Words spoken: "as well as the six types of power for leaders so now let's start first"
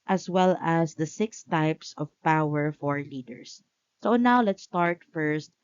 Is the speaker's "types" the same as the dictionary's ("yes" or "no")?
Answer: yes